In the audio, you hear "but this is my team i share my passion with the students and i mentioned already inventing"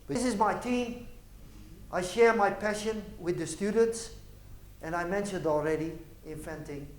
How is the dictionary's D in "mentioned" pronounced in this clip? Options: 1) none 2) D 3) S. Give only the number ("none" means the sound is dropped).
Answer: 2